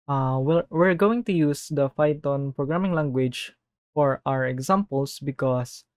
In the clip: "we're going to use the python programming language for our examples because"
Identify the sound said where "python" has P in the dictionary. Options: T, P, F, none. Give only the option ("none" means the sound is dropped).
F